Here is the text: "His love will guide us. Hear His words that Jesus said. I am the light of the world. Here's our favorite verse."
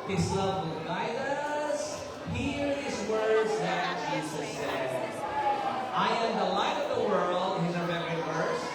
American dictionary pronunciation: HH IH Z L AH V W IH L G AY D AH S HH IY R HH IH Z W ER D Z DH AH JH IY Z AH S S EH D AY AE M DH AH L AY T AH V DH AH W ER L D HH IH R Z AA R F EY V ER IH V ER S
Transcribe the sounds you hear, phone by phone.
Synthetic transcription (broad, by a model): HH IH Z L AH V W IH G AY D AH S HH IY R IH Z W ER D Z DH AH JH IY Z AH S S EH AY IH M DH AH L AY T AH V DH AH W ER L D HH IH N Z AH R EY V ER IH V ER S